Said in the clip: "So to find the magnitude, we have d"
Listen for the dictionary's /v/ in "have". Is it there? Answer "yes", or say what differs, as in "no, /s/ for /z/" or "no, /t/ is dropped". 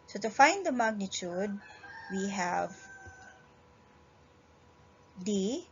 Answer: yes